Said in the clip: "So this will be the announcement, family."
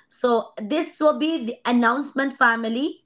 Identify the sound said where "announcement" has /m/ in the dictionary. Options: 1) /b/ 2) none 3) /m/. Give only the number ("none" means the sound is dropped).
3